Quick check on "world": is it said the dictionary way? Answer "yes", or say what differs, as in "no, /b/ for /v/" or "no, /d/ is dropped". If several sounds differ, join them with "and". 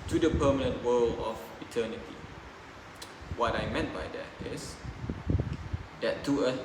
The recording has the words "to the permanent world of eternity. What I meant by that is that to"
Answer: no, /d/ is dropped